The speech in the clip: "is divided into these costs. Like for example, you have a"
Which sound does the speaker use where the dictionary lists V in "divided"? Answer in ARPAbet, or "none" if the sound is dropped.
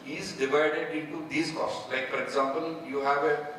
V